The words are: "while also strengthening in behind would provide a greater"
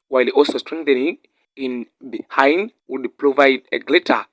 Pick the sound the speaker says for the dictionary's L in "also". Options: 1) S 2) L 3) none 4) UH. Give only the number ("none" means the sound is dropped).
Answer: 2